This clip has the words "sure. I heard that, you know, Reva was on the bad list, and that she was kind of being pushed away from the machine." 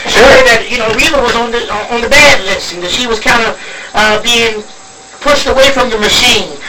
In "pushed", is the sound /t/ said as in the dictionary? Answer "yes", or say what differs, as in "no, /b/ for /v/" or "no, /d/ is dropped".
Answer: yes